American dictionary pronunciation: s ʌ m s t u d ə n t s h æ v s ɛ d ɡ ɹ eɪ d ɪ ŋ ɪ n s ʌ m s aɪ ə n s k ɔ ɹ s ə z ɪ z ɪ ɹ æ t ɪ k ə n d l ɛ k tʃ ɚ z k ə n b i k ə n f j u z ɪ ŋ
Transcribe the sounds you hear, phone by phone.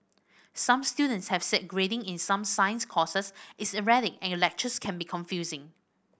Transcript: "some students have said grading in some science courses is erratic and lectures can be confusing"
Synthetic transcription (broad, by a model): s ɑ m s t u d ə n t s h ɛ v s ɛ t ɡ ɹ eɪ d ɪ ŋ ɪ n s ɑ m s aɪ ə n s k ɔ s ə s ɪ s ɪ ɹ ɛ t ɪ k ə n l ɛ k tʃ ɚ s k ə n b i k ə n f j u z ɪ ŋ